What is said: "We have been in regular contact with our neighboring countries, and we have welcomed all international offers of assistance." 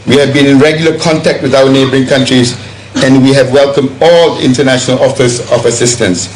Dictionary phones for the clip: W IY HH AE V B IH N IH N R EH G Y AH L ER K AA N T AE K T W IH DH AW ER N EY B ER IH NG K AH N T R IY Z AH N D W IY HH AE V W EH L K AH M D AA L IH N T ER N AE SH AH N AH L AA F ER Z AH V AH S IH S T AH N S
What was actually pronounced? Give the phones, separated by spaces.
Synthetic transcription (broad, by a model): W IY HH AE V B IH N IH N R EH G Y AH L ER K AA N T AE K T W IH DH AW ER N EY B ER IH NG K AH N T R IY Z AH N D W IY HH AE V W EH L K AH M D AA L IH N T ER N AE SH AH N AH L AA F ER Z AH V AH S IH S T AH N S